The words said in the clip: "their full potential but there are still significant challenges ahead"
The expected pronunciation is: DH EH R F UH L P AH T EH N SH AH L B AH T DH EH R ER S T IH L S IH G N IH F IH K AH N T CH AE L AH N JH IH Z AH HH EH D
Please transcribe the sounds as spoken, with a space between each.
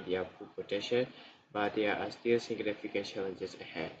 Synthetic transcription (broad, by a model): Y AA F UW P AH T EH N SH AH N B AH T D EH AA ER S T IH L S IH G N IH F IH K AH N T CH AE L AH N JH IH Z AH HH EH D